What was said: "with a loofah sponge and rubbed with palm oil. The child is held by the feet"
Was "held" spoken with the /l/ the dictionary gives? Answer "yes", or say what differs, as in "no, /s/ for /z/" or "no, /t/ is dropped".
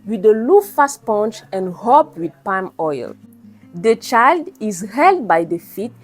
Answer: yes